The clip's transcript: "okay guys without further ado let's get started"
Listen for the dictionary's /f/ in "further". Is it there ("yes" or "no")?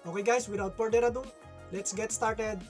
no